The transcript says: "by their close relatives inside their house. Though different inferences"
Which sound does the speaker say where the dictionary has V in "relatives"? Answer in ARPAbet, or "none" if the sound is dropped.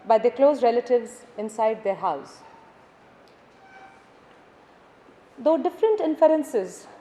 V